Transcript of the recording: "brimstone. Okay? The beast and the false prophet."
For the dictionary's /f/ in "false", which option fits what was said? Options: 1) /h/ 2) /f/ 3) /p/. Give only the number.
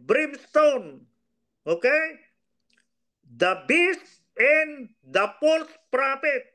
3